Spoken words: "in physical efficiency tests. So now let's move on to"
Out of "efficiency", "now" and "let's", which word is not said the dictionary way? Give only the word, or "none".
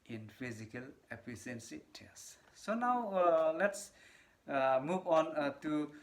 efficiency